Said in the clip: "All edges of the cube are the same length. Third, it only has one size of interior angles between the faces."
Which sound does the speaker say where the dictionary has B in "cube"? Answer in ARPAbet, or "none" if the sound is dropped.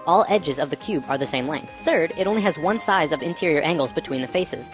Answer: B